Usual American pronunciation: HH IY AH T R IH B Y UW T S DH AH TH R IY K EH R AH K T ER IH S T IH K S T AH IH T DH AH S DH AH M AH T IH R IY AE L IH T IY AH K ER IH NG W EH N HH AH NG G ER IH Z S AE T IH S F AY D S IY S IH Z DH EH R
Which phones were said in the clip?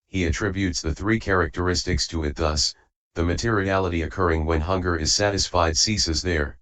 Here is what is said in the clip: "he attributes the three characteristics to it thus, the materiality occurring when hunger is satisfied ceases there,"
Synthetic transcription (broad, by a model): HH IY AH T R IH B Y UW T S DH AH TH R IY K EH R AH K T ER IH S T IH K S T AH IH T DH AH S DH AH M AH T IH R IY AE L IH T IY AH K ER IH NG W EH N HH AH NG G ER IH Z S AE T IH S F AY D S IY S IH Z DH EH R